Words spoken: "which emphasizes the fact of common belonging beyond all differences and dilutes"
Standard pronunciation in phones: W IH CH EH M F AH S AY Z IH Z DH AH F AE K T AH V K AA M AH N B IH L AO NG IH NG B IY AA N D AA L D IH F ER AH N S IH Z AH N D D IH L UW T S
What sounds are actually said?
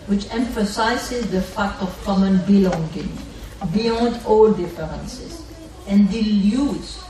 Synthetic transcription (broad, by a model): W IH CH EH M F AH S AY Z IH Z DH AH F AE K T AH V K AA M AH N B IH L AO NG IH NG B IY AA N D AA L D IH F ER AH N S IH S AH N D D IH L UW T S